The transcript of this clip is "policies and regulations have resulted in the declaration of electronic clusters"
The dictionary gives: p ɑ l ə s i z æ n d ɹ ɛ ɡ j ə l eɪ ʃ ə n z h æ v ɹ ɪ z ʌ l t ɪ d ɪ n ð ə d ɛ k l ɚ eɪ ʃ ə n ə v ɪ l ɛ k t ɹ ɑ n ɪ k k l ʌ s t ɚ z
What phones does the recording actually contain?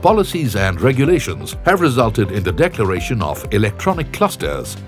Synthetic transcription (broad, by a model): p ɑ l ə s i z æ n d ɹ ɛ ɡ j ə l eɪ ʃ ə n z h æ v ɹ ɪ z ʌ l t ɪ d ɪ n ð ə d ɛ k l ɚ eɪ ʃ ə n ə v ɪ l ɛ k t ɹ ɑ n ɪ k k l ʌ s t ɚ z